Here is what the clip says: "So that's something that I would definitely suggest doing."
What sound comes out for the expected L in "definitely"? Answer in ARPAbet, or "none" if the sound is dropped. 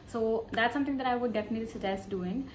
none